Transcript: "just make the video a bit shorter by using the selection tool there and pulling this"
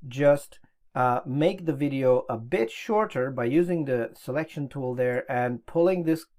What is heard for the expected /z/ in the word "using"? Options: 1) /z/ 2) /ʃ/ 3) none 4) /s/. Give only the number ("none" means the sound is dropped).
1